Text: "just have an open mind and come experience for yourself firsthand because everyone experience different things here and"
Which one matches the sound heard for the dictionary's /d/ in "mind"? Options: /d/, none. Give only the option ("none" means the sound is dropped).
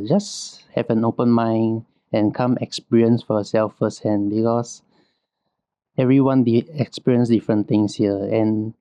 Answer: none